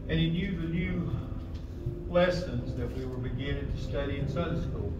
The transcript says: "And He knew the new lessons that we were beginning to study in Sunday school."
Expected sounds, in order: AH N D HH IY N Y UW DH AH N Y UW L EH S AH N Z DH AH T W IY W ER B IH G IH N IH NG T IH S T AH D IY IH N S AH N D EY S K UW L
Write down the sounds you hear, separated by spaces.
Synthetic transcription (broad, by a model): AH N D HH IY N Y UW DH AH N Y UW L EH S AH N Z DH AH T W IY W ER B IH G IH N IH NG T IH S T AH D IY IH N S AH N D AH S K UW L